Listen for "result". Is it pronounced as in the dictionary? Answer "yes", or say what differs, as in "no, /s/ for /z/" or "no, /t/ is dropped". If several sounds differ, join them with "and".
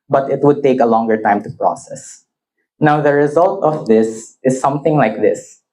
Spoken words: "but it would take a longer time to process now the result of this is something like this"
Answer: yes